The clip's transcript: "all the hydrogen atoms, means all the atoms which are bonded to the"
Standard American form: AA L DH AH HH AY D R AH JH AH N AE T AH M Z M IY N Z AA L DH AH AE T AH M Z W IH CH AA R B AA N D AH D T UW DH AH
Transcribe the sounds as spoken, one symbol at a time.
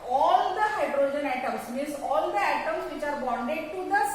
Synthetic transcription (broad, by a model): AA L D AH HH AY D R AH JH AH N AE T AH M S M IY Z AA L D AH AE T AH M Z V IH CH AA R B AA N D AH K T UW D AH